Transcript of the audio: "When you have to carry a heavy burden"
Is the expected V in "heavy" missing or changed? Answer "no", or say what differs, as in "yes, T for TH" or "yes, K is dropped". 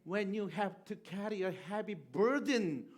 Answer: yes, P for V